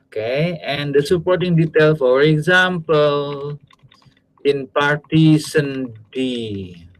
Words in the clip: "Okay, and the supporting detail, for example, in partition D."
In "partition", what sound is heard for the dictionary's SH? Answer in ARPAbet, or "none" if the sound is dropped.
S